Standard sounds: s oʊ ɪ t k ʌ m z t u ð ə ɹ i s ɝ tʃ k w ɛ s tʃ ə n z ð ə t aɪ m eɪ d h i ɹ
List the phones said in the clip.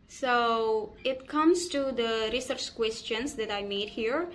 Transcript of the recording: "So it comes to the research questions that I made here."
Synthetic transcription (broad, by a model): s oʊ ɪ t k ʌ m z t u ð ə ɹ i s ɝ tʃ k w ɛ s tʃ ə n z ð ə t aɪ m eɪ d h i ɹ